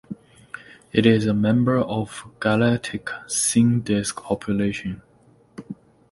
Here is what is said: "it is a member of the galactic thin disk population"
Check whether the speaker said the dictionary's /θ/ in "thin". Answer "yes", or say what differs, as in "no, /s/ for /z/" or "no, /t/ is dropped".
no, /s/ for /θ/